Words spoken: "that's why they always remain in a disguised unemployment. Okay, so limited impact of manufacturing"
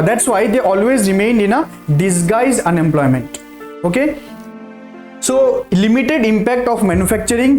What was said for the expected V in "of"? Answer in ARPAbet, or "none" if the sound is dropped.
P